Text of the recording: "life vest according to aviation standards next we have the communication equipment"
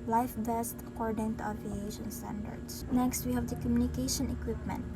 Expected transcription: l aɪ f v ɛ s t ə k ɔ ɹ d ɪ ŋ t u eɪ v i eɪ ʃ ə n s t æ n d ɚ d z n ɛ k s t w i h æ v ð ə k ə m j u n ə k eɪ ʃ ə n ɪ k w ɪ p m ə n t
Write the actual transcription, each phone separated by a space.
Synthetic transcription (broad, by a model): l aɪ f b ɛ s t ə k ɔ ɹ d ɪ ŋ t u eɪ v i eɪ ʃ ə n s t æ n d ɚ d s n ɛ k s t w i h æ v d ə k ə m j u n ə k eɪ ʃ ə n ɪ k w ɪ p m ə n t